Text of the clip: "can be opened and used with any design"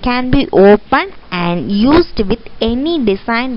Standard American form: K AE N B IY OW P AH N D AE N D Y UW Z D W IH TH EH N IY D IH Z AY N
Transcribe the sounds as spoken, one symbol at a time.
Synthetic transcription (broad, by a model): K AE N B IY OW P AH N AE N D Y UW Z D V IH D EH N IY D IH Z AY N